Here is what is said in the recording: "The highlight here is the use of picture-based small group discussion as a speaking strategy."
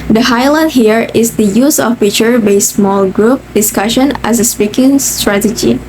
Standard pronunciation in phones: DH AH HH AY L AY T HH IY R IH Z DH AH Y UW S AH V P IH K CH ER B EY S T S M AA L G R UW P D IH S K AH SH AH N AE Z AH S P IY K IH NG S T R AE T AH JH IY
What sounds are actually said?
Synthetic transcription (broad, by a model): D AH HH AY L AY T HH IY R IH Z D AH Y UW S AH F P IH CH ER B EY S S M AA L G R UW P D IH S K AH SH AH N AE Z AH S P IY K IH NG S T R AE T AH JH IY